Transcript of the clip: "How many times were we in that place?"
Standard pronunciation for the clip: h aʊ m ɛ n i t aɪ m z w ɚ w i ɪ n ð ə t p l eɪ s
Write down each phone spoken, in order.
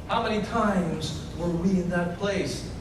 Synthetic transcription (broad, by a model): h aʊ m ɛ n i t aɪ m z w ɚ w i ɪ n ð ə t p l eɪ s